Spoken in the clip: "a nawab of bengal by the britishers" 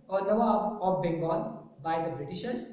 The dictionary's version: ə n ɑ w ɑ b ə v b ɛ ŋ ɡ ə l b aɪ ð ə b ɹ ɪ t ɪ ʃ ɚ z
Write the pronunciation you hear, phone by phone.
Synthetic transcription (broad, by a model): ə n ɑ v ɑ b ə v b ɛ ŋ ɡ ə n b aɪ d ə b ɹ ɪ t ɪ ʃ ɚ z